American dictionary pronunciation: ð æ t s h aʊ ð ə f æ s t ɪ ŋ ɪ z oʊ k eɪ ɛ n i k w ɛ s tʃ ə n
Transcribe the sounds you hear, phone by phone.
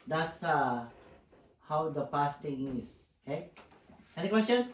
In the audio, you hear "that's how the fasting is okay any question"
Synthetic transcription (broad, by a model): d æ t s h aʊ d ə p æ s t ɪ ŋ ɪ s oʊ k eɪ ɛ n i k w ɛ s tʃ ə n